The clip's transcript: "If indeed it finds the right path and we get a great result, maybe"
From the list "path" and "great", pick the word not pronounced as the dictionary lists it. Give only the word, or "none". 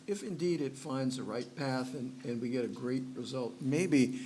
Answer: none